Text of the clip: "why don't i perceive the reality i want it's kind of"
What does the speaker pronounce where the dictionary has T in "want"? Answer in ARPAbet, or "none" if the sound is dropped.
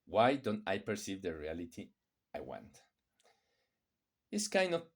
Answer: T